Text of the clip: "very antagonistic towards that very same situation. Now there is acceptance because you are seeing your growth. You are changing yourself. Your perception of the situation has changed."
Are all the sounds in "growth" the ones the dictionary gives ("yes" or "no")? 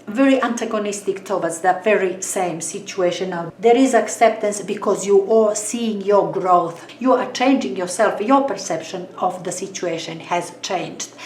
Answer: yes